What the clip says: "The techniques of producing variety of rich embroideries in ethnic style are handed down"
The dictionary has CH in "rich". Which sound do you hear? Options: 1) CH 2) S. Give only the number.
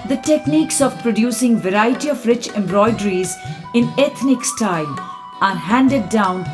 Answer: 1